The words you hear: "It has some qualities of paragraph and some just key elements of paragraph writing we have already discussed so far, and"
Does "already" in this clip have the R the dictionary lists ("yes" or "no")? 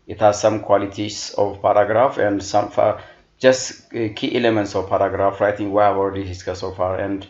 no